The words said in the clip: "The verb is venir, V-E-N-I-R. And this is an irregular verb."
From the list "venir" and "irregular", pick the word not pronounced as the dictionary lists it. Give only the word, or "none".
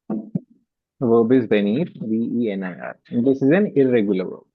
venir